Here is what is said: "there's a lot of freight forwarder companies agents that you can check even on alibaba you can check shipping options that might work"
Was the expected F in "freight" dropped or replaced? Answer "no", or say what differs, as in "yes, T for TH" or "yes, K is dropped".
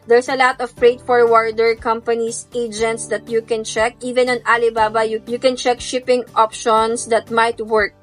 yes, P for F